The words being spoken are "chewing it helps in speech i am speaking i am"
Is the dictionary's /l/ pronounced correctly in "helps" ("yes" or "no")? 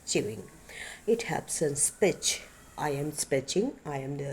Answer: no